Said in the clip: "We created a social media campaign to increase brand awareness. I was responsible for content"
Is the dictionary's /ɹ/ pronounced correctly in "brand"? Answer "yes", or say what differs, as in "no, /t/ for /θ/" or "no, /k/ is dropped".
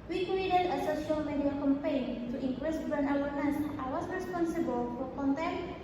no, /ɹ/ is dropped